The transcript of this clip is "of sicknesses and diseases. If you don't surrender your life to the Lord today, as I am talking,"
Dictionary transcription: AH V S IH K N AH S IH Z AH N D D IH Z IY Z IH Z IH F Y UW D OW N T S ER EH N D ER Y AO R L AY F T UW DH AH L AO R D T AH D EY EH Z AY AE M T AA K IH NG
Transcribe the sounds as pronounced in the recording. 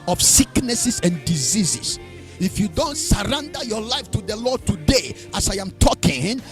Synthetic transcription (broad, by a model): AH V S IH K N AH S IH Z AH N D D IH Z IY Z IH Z IH F Y UW D OW N T S ER EH N D ER Y AO R L AY F T UW DH AH L AO R D T AH D EY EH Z AY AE M T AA K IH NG